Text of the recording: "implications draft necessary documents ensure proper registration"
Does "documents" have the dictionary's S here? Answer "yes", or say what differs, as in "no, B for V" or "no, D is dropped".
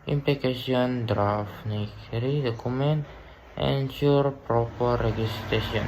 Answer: no, S is dropped